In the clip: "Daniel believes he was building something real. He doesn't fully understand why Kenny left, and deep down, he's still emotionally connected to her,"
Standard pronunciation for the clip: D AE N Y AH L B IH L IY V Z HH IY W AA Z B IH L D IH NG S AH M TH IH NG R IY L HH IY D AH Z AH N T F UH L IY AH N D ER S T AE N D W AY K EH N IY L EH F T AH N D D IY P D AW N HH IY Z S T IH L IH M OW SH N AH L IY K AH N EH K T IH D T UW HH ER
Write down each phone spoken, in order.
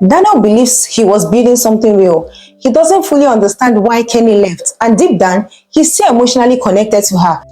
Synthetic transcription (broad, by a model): D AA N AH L B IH L IY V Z HH IY W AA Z B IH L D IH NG S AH M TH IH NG R IY L HH IY D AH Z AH N T F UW L IY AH N D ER S T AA N D W AY K EH N IY L EH F T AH N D D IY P D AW N HH IY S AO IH M OW SH N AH L IY K AH N EH K T IH D T UW HH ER